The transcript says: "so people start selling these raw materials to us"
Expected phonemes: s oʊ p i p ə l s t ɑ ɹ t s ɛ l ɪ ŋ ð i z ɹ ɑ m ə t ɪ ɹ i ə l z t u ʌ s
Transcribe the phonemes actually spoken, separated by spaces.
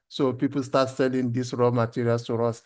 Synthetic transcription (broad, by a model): s oʊ p i p ə l s t ɑ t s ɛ l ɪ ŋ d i s ɹ ɑ m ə t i ɹ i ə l s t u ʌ s